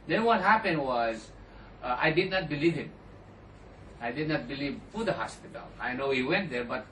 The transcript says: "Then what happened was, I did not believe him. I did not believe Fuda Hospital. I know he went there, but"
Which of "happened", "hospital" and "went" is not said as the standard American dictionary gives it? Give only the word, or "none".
none